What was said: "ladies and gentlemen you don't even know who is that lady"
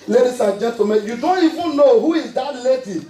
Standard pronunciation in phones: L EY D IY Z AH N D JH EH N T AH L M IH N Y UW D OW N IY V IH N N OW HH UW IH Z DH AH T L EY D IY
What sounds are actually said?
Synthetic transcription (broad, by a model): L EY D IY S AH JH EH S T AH M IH Y UW D OW N IY V IH N N OW HH UW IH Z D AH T L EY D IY